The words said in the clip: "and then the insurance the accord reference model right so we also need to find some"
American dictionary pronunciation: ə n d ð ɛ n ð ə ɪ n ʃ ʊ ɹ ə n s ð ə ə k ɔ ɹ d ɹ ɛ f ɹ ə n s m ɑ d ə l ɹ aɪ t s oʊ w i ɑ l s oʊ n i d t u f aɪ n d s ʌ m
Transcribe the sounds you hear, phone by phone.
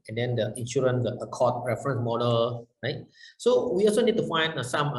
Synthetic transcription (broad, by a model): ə n d ɛ n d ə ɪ n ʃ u ɹ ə n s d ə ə k ɔ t ɹ ɛ f ɹ ə n s m ɑ d ə l ɹ aɪ t s oʊ w i ɑ l s oʊ n i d t u f aɪ n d s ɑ m